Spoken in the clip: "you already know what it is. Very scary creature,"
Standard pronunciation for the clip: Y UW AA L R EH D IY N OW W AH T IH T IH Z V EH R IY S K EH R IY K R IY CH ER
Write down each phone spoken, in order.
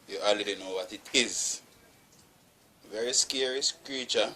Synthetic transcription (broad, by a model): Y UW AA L IY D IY N OW W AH T IH T IH Z V EH R IY S K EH R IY K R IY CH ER